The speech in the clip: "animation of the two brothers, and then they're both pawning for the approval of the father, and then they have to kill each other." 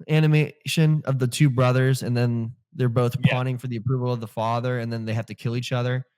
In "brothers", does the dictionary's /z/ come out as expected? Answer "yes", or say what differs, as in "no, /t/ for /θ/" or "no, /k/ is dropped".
yes